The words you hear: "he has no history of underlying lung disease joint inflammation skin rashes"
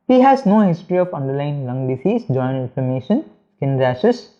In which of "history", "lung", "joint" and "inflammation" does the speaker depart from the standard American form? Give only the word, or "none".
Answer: inflammation